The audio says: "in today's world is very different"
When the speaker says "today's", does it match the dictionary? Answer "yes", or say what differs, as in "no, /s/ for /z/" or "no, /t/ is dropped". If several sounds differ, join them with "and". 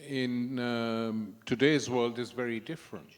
yes